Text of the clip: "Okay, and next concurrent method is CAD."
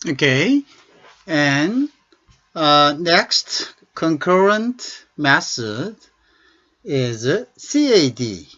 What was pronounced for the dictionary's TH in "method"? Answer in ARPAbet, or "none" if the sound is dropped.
S